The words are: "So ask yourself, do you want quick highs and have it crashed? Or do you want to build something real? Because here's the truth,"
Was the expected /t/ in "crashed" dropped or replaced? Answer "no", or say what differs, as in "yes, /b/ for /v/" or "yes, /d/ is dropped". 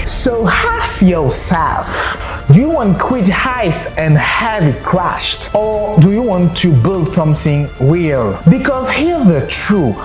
no